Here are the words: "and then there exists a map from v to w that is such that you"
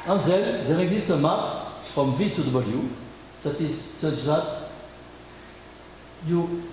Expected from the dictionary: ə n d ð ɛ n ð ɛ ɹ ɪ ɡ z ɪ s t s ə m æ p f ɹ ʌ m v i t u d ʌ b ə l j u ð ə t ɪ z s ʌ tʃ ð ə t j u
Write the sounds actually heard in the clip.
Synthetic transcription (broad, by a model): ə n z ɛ l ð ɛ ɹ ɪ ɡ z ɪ s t ə m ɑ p f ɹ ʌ m v i t u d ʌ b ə l j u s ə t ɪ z s ʌ tʃ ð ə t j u